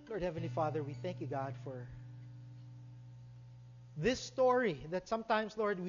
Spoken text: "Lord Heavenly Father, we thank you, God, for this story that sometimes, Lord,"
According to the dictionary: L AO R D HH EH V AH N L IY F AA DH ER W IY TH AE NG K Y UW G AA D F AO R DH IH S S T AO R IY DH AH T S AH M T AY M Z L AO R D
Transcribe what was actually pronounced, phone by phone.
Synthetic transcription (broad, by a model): L AO R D HH EH V AH N L IY F AA DH ER W IY TH AE NG K Y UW G AA D F AO R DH IH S S T AO R IY DH AH T S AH M T AY M S L AO R D